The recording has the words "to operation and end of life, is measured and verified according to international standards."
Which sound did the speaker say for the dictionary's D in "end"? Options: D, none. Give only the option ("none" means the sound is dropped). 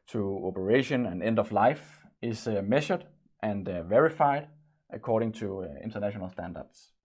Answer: D